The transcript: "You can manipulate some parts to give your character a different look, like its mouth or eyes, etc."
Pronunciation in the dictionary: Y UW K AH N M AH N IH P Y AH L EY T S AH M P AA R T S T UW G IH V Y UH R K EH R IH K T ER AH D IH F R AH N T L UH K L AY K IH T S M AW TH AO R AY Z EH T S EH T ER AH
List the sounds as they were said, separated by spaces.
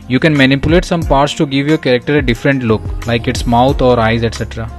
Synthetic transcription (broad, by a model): Y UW K AH N M AH N IH P Y AH L EY T S AH M P AA R T S T UW G IH V Y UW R K EH R IH K T ER AH D IH F R AH N T L UH K L AY K IH T S M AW T AO R AY Z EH T S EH T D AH